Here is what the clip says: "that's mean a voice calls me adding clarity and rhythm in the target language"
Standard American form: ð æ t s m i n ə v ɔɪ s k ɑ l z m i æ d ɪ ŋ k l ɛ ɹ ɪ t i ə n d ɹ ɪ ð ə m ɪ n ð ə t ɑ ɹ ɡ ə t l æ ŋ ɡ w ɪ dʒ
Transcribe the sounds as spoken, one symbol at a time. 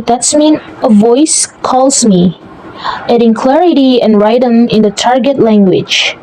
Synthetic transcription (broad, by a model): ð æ t s m i n ə v ɔɪ s k ɑ l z m i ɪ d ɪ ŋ k l ɛ ɹ ɪ t i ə n ɹ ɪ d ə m ɪ n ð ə t ɑ ɹ ɡ ə t l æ ŋ ɡ w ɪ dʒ